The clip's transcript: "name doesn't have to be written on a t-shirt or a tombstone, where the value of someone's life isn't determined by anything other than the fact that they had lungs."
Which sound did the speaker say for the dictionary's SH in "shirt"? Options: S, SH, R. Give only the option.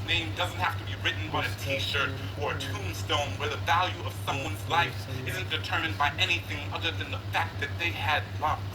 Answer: SH